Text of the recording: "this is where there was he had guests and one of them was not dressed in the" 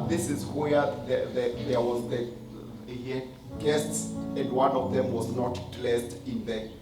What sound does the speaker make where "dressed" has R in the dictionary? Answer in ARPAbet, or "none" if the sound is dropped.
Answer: L